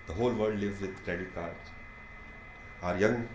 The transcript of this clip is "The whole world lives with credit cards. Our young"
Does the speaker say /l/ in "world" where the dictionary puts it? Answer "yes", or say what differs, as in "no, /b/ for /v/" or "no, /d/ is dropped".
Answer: no, /l/ is dropped